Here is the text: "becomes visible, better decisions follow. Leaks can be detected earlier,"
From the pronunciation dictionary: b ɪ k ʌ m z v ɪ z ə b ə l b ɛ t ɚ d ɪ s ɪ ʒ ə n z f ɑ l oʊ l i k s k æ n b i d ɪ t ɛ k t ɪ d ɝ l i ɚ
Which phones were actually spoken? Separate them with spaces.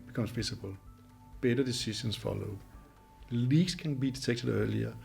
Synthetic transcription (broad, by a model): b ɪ k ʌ m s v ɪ s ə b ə l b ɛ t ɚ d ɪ s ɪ ʃ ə n s f ɑ l oʊ l i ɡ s k æ n b i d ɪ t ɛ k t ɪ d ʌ l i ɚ